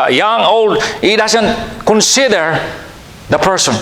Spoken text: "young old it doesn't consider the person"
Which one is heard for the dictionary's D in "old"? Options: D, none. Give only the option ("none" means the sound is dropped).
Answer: D